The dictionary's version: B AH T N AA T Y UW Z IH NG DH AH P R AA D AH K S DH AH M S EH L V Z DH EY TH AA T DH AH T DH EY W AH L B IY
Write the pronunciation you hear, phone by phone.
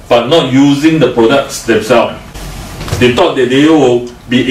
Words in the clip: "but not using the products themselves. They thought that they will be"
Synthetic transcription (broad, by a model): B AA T N AA T Y UW Z IH NG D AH P R AA D AH K S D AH M S EH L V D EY T AA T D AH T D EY W AH L B IY